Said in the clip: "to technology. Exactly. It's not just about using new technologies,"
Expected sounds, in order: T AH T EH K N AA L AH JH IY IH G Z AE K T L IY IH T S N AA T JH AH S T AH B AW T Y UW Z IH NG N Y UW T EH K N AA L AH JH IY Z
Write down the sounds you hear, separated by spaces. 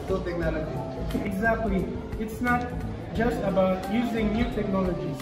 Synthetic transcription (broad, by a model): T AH T EH K N AA L AH JH IY IH G Z AE K T L IY IH T S N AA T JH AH S T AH B AW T Y UW Z IH NG N Y UW T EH K N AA L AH JH IY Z